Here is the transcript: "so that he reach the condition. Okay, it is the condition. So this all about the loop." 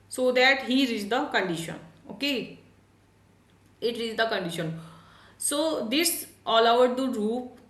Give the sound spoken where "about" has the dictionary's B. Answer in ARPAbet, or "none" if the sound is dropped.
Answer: none